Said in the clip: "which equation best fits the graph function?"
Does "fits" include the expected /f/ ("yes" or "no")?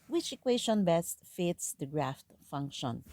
yes